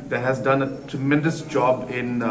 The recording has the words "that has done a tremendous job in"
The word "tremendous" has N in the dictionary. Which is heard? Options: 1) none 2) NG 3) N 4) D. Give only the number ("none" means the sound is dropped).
3